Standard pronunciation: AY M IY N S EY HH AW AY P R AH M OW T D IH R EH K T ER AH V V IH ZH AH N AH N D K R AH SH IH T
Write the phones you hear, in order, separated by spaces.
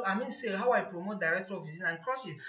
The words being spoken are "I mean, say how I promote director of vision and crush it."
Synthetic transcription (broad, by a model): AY M IY N S EY HH AW AY P R AH M OW T D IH R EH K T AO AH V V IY Z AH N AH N K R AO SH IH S